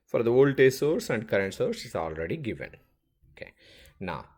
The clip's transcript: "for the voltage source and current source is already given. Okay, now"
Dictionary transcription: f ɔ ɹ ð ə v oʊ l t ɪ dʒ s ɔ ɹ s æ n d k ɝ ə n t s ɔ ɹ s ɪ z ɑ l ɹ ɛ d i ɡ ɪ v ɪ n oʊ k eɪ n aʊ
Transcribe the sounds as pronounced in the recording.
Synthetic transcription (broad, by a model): f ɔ ɹ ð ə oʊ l t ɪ s ɔ ɹ s æ n d k ɝ ə n t s ɔ ɹ s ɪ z ɑ l ɹ ɛ d i ɡ ɪ v ɪ n oʊ k eɪ n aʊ